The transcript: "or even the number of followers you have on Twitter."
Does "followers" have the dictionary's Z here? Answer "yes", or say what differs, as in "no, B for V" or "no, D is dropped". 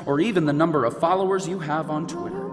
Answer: yes